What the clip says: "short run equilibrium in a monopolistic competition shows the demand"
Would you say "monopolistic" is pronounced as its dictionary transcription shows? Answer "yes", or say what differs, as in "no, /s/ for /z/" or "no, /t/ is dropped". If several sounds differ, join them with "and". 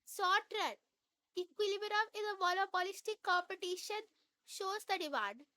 no, /l/ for /n/